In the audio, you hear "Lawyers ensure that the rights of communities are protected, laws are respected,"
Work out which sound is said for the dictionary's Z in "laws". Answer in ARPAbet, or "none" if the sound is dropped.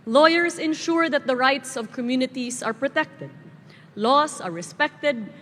S